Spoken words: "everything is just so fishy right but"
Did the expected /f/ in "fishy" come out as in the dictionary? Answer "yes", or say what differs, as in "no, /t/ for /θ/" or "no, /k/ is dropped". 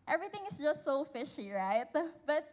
yes